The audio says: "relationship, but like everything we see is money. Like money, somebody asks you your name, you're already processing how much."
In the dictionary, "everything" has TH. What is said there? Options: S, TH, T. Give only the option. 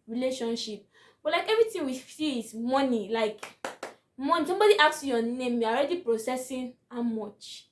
T